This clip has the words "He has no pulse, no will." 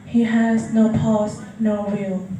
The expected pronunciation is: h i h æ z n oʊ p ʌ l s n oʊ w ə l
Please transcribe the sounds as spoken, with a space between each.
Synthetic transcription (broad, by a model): h i h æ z n oʊ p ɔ s n oʊ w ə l